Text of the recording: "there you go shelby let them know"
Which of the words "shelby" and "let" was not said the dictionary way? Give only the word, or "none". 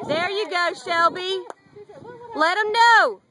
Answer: none